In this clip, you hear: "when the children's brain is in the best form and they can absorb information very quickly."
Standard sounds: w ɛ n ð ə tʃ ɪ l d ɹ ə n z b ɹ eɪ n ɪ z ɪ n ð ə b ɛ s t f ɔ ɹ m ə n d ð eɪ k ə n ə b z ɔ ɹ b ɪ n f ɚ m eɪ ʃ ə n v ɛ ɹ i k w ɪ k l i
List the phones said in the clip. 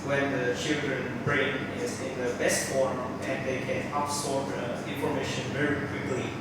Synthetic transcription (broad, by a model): w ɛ n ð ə tʃ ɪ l d ɹ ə n b ɹ eɪ n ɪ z ɪ n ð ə b ɛ s t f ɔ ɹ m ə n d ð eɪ k ə n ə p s ɔ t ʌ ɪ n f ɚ m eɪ ʃ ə n v ɛ ɹ i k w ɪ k l i